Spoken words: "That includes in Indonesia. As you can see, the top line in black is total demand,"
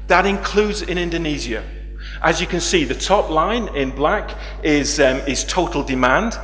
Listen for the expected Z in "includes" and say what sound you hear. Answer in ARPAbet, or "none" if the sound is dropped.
Z